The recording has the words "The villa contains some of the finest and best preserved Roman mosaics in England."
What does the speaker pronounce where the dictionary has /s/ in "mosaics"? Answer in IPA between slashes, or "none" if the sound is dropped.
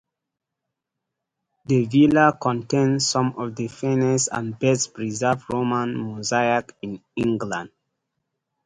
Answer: none